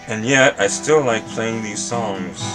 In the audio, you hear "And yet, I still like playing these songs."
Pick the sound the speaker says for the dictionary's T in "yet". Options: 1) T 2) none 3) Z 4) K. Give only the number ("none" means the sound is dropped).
1